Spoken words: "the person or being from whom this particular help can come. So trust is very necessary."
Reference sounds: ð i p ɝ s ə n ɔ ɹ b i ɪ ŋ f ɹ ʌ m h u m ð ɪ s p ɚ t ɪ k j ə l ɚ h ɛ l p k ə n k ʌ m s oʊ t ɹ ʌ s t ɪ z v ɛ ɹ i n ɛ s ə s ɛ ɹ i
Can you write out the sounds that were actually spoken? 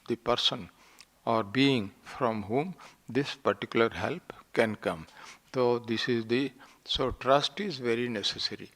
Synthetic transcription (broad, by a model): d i p ɝ s ə n ɔ ɹ b i ɪ ŋ f ɹ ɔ m h u m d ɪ s p ɚ t ɪ k j ə l ɚ h ɛ l p k ə n k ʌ m s oʊ t ɹ ʌ s t ɪ z v ɛ ɹ i n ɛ s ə s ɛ ɹ i